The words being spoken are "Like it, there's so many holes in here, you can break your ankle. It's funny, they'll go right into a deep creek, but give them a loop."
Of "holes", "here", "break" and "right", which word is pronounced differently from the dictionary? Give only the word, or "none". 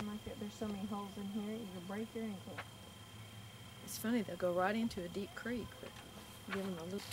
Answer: none